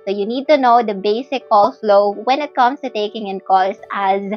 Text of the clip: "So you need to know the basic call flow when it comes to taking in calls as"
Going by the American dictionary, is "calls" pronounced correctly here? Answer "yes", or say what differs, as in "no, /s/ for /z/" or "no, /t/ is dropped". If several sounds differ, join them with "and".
no, /s/ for /z/